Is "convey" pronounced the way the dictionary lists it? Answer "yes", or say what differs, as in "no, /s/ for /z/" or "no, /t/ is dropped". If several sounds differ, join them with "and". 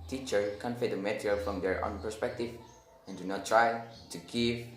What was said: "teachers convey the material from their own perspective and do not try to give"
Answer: no, /f/ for /v/